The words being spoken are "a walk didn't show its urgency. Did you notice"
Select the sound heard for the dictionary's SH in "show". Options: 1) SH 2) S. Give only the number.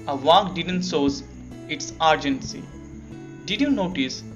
2